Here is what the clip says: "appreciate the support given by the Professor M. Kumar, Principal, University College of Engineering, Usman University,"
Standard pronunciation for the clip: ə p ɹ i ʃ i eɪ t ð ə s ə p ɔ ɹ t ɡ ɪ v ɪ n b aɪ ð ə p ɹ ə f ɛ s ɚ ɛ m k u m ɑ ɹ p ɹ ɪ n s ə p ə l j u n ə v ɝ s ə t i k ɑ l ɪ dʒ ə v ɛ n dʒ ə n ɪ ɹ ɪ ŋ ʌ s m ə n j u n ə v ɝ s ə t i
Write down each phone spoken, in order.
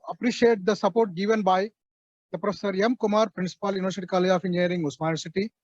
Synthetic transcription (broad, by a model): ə p ɹ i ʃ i eɪ t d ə s ə p ɔ ɹ t ɡ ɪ v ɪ n b aɪ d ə p ɹ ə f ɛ s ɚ ɛ m k u m ɑ ɹ p ɹ ɪ n s ə p ə l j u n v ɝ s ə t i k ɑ l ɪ ə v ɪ n dʒ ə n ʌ ɹ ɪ ŋ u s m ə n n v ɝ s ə t i